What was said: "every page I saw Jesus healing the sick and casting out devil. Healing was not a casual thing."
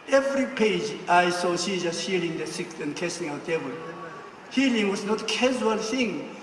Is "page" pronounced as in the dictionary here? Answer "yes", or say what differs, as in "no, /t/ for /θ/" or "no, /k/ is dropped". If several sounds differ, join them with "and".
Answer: yes